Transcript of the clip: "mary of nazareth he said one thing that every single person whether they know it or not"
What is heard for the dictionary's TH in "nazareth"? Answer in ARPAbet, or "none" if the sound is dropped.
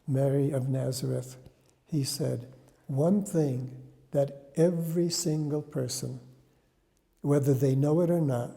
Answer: TH